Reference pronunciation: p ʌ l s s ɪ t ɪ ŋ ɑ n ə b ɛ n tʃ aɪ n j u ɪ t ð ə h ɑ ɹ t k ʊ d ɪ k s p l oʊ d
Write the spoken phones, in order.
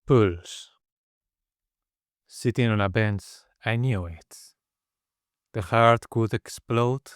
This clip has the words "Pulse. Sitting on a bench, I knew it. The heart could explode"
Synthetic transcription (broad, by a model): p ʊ l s s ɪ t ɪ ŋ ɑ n ə b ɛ n s aɪ n j u ɪ t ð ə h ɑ ɹ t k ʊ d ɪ k s p l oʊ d